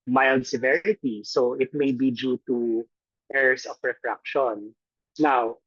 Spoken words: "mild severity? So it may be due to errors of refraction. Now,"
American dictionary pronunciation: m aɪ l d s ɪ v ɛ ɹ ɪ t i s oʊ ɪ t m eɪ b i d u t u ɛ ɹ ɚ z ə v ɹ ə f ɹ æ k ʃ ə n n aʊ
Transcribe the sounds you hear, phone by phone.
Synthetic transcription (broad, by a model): m aɪ l d s ɪ v ɛ ɹ ɪ t i s oʊ ɪ t m eɪ b i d u t u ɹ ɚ s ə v ɹ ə f ɹ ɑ k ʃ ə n n aʊ